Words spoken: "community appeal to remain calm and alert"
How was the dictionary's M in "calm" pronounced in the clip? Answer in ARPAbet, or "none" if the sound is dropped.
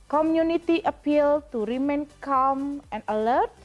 M